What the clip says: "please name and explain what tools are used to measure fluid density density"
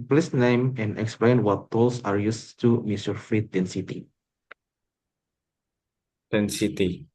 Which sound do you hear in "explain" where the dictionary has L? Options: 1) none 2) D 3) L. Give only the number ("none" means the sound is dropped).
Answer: 3